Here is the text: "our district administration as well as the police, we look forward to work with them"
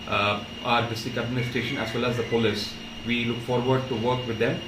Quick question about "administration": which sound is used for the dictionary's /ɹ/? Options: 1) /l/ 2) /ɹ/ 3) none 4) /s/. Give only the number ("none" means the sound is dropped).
3